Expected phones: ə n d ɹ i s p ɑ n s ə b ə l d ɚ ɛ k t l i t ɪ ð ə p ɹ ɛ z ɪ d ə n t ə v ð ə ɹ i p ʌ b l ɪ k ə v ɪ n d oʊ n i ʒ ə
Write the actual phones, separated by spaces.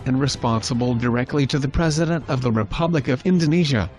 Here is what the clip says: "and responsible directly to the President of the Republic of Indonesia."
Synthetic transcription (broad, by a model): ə n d ɹ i s p ɑ n s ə b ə l d ɚ ɛ k t l i t ɪ ð ə p ɹ ɛ z ɪ d ə n t ə v ð ə ɹ i p ʌ b l ɪ k ə v ɪ n d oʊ n i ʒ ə